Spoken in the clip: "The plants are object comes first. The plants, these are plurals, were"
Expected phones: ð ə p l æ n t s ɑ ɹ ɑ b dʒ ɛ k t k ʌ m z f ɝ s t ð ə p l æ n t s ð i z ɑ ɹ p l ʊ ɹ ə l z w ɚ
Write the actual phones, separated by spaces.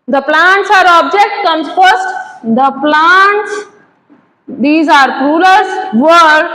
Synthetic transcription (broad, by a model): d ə p l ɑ n t s ɑ ɹ ɑ b dʒ ɛ k t k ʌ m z f ɝ s t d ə p l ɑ n t s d i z ɑ ɹ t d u l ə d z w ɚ